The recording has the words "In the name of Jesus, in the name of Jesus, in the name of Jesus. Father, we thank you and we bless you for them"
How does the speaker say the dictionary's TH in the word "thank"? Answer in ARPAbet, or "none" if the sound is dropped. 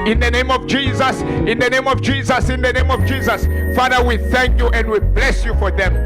TH